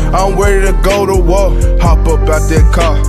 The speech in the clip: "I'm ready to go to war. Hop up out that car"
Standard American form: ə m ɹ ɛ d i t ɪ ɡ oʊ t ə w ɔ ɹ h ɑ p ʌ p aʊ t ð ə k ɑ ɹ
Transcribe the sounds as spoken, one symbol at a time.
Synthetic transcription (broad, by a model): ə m w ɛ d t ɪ ɡ oʊ t ə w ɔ h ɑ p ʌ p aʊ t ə k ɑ